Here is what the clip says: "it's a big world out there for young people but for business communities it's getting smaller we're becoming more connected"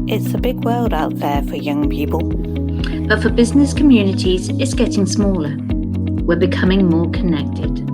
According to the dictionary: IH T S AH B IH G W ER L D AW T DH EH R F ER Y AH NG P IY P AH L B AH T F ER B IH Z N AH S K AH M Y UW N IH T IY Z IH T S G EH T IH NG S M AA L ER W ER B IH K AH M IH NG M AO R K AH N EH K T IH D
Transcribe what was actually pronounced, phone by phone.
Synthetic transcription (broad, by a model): IH T S AH B IH G W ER L D AW T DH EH F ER Y AH NG P IY P AH L B AH T F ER B IH Z N AH S K AH M Y UW N IH T IY Z IH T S G EH T IH NG S M AA L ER W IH B IH K AH M IH NG M AO K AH N EH K T IH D